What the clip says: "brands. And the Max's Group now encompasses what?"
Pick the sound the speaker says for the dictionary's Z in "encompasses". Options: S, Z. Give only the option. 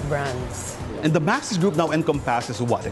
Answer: S